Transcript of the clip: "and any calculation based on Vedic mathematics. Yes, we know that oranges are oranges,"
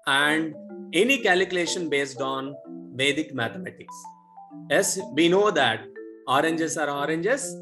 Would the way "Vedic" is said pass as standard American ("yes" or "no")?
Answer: yes